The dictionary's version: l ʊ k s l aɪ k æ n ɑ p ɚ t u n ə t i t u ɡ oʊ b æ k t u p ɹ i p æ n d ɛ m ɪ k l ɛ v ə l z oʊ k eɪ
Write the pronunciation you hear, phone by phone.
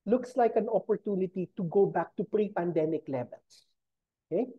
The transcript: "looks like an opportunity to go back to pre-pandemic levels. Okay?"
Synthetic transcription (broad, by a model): l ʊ k s l aɪ k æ n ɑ p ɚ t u n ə t i t u ɡ oʊ b æ k t u p ɹ i p æ n d ɛ m ɪ k l ɛ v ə l s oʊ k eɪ